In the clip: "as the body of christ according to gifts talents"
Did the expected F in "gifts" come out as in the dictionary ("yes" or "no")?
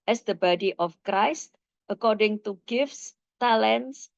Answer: yes